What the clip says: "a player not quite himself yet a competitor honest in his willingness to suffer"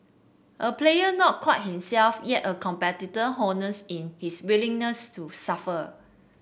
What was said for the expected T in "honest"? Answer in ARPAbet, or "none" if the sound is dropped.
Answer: none